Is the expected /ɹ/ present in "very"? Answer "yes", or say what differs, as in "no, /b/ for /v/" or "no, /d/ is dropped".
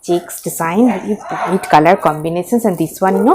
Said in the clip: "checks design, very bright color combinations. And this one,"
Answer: no, /ɹ/ is dropped